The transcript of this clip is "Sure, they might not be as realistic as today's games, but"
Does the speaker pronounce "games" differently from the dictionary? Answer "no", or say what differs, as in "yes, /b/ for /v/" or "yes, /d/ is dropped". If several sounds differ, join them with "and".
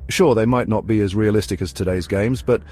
no